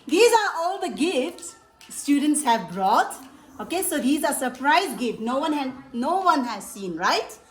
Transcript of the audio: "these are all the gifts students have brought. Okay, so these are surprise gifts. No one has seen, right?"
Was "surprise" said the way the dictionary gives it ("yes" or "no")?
yes